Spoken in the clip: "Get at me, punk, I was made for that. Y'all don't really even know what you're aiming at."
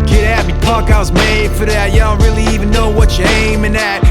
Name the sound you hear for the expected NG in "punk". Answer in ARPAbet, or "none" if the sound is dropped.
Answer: none